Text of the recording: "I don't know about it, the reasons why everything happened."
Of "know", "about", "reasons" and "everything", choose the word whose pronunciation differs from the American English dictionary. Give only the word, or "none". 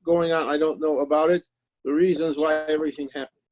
none